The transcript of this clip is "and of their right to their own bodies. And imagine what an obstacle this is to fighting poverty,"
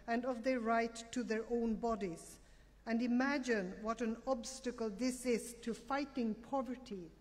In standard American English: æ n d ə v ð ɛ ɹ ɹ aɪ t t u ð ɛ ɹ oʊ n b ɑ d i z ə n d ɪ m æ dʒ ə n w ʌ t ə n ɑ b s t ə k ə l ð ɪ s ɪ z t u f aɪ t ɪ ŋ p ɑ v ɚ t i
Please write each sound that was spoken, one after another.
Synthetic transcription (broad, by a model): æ n d ə v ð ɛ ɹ ɹ aɪ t t u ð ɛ ɹ oʊ n b ɑ d i z ə n d ɪ m æ dʒ ə n w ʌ t ə n ɑ b s t ə k ə l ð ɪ s ɪ z t u f aɪ t ɪ ŋ p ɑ v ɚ t i